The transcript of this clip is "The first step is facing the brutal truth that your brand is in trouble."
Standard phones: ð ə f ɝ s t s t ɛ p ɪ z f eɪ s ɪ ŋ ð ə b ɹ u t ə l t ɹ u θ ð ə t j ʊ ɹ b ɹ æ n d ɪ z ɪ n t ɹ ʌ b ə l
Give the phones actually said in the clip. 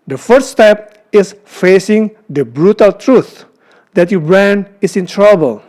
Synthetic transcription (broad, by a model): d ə f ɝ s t s t ɛ p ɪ s f eɪ s ɪ ŋ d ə b ɹ u t ə l t ɹ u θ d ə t j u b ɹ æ n ɪ s ɪ n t ɹ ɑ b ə l